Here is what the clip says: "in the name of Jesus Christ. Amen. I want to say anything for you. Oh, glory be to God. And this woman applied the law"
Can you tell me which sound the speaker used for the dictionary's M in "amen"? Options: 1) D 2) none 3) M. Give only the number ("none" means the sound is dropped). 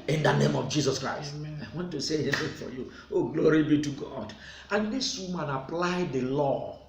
2